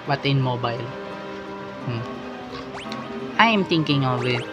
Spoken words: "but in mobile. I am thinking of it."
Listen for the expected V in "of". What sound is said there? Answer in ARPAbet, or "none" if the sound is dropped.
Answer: W